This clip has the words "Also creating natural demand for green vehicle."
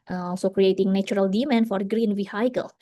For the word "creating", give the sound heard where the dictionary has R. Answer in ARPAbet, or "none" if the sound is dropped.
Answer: R